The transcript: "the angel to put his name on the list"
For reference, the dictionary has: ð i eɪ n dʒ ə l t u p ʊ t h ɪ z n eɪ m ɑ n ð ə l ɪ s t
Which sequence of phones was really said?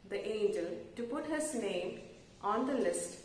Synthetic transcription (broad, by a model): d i eɪ n dʒ ə l t u p ʊ t h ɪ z n eɪ m ɑ n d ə l ɪ s t